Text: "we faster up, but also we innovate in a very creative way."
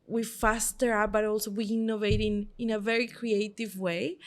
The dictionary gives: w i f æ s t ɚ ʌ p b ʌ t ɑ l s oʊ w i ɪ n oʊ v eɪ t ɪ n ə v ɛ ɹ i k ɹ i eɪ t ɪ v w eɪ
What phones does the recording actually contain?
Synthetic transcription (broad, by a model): w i f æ s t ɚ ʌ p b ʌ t ɑ l s oʊ w i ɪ n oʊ v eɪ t ɪ n ə v ɛ ɹ i k ɹ i eɪ t ɪ v w eɪ